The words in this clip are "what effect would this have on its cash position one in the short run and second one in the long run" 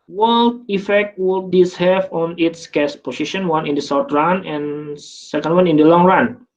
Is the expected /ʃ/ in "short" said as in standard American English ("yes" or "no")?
no